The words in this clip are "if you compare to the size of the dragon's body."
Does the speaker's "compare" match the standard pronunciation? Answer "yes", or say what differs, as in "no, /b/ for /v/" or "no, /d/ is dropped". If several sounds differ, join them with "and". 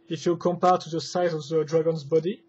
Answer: yes